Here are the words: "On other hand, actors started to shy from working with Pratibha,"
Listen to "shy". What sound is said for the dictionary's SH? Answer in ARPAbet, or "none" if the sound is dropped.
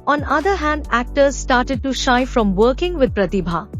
SH